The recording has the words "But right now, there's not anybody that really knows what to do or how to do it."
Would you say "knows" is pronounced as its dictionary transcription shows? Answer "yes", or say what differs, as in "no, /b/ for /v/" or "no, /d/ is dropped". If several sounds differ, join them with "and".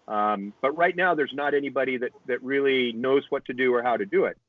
yes